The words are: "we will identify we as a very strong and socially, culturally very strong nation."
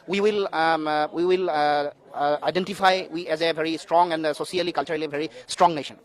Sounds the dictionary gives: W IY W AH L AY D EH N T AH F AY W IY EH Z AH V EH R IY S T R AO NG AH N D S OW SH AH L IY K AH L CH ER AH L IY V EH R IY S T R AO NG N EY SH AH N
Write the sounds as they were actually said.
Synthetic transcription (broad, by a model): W IY W AH L AY D EH N T AH F AY W IY EH Z AH V EH R IY S T R AO NG AH N D S OW S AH L IY K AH L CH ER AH L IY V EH R IY S T R AO NG N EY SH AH N